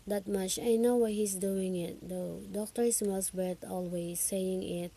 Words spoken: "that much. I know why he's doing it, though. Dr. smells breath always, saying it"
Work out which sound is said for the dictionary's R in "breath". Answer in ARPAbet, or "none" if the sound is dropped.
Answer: none